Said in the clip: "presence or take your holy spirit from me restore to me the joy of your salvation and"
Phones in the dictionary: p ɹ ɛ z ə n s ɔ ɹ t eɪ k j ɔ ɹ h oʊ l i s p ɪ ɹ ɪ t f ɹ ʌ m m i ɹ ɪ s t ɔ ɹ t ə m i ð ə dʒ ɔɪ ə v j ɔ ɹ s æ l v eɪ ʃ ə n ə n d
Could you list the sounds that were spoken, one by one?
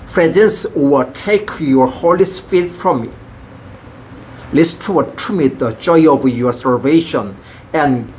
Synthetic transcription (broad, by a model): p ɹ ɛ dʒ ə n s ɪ l t eɪ k j ɔ ɹ h oʊ l i s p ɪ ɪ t f ɹ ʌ m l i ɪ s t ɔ w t m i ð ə dʒ ɔɪ ə v j ɔ ɹ s æ l v eɪ ʃ ə n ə n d